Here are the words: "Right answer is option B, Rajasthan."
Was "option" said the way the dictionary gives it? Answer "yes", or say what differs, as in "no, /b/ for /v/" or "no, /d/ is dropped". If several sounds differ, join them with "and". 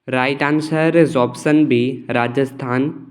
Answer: no, /s/ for /ʃ/